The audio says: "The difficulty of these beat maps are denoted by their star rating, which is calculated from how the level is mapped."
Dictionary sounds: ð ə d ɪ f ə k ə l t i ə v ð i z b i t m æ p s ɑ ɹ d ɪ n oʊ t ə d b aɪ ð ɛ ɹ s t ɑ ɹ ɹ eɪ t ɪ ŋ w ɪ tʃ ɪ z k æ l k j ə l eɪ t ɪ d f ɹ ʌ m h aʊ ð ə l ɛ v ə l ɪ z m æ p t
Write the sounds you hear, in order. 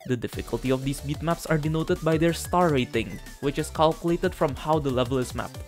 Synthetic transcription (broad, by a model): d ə d ɪ f ə k ə l t i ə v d i s b i t m æ p s ɑ ɹ d ɪ n oʊ t ə d b aɪ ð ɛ ɹ s t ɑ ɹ ɹ eɪ t ɪ ŋ w ɪ tʃ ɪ s k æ l k j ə l eɪ t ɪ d f ɹ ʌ m h aʊ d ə l ɛ v ə l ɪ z m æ p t